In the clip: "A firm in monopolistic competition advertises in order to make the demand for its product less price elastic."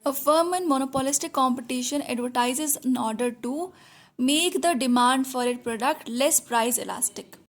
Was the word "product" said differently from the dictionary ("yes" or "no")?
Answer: no